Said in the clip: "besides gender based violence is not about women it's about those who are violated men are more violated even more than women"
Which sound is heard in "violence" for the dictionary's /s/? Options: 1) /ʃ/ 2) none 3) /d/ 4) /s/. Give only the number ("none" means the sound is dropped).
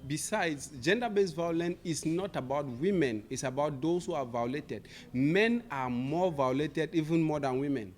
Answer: 2